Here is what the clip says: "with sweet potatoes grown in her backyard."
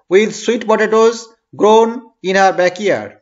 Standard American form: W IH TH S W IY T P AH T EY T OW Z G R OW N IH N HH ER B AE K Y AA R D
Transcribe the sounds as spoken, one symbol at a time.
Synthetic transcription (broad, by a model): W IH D S W IY T B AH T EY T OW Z G R OW N IH N HH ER B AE K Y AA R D